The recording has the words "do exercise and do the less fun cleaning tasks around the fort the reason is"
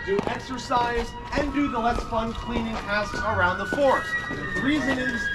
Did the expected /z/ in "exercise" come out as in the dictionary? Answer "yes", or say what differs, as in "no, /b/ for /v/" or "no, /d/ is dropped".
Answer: yes